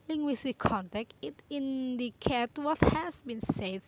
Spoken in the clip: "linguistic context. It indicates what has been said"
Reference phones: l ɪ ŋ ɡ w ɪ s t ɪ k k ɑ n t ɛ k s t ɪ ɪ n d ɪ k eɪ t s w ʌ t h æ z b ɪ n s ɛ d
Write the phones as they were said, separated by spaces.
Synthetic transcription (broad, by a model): l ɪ ŋ ɡ w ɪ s t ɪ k k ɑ n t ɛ k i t ɪ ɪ n d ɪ k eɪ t w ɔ t h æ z b ɪ n s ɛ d